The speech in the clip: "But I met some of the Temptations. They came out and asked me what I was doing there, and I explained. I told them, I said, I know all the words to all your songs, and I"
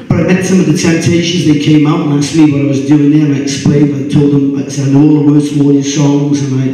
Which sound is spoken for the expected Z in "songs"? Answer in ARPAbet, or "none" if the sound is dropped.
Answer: Z